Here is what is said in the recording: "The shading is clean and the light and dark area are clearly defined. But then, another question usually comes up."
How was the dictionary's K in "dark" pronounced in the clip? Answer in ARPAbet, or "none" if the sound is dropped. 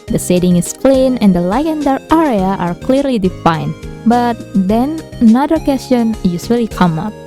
none